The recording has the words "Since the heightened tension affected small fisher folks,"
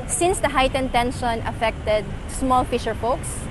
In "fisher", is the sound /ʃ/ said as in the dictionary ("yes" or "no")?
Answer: yes